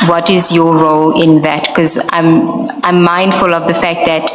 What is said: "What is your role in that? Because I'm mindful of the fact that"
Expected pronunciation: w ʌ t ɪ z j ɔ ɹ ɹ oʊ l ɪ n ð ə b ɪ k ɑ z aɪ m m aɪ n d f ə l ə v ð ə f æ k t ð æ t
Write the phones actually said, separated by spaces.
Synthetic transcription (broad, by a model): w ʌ t ɪ z j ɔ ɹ ɹ oʊ l ɪ n ð ə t k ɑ z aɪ m m aɪ n d f ə l ə v ð ə f æ k t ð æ t